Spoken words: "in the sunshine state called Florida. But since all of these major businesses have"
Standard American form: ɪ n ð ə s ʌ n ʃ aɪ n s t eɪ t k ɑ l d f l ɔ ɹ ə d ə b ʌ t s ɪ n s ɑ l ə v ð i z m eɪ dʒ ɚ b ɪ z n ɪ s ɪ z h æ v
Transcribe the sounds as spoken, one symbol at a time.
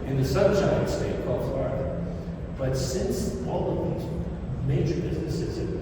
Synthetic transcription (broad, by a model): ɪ n ð ə s ʌ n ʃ aɪ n s t eɪ t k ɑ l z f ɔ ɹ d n b ʌ t s ɪ n s ɑ l ə v ð i z m eɪ dʒ ɚ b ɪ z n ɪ s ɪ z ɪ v